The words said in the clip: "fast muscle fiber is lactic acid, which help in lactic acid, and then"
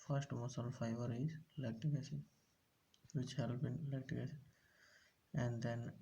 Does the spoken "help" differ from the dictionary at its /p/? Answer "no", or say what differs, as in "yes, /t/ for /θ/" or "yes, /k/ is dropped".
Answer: yes, /b/ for /p/